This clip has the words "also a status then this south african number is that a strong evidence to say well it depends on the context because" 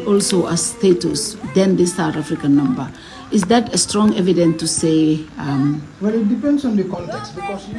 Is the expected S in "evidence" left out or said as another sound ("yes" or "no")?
yes